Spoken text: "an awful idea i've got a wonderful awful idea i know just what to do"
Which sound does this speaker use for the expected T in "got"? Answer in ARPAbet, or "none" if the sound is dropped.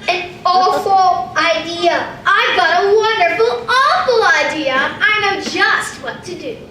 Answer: T